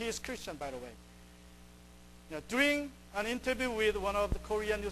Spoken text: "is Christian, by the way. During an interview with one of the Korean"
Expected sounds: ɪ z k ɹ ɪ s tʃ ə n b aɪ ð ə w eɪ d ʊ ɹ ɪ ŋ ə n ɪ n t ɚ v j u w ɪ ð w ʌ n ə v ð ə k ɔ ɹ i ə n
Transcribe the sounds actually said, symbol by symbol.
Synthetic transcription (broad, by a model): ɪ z k ɹ ɪ s tʃ ə n b aɪ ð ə w eɪ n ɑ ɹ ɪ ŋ ə n ɪ n t ɚ v j u w ɪ ð w ʌ n ə v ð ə k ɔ ɹ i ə n